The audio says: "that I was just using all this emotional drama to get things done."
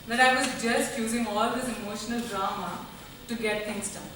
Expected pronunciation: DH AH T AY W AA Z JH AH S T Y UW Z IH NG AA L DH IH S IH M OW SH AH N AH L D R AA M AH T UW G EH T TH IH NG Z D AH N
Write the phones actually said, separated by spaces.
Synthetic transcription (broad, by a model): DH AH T AY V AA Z JH AH S T Y UW Z IH NG AA L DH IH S IH M OW SH AH N AH L D R AA M AH T UW G EH T T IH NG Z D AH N